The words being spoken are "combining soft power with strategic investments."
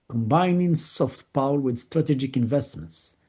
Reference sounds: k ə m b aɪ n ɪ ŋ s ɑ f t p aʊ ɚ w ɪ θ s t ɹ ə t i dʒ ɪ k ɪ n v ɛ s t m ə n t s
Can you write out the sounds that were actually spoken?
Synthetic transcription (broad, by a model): k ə m b aɪ n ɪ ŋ s ɑ f t p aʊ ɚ w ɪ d s t ɹ ə t i dʒ ɪ k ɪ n v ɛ s t m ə n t s